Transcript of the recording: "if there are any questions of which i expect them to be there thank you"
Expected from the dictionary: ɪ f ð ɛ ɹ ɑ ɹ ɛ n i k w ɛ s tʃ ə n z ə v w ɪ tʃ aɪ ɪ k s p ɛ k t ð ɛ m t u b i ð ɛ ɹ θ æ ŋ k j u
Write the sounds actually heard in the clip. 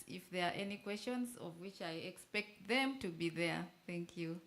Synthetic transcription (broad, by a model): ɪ f ð ɛ ɹ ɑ ɹ ɛ n i k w ɛ s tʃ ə n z ə v w ɪ tʃ aɪ ɪ k s p ɛ k t ð ɛ m t u b i ð ɛ ɹ θ æ ŋ k j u